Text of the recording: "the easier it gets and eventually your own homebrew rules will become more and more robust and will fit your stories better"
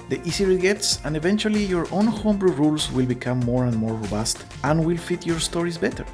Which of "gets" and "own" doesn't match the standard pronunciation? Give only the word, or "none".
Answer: none